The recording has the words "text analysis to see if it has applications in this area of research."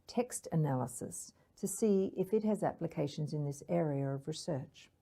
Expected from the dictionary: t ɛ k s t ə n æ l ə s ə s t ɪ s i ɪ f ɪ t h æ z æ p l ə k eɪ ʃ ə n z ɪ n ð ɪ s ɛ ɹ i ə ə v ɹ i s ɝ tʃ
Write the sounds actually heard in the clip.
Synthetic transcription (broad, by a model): t ɛ k s t ə n æ l ə s ə s t ɪ s i ɪ f ɪ t h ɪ z æ p l ə k eɪ ʃ ə n z ɪ n ð ɪ s ɛ ɹ i ə ə v ɹ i s ɝ tʃ